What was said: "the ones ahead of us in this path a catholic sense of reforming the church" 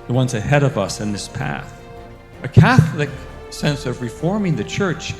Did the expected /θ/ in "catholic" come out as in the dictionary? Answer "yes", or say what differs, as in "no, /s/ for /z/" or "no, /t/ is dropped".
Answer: yes